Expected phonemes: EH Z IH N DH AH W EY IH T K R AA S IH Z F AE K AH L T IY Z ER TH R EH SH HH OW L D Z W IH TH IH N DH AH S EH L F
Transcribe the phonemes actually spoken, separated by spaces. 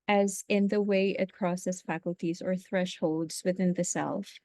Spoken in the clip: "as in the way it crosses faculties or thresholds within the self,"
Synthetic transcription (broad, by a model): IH Z IH N DH AH W EY IH T K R AA S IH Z F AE K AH L T IY Z ER TH R EH SH HH OW L D Z W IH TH IH N DH AH S EH L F